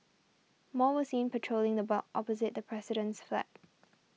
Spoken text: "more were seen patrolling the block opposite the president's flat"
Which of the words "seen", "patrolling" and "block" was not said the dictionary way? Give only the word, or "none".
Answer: block